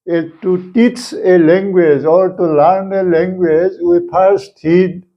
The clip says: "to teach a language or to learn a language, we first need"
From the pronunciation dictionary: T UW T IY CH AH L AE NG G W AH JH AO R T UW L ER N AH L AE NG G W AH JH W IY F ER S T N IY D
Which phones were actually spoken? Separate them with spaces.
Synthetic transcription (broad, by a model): T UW T IY CH AH L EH NG G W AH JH AO R T UW L ER N AH L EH NG G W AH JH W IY P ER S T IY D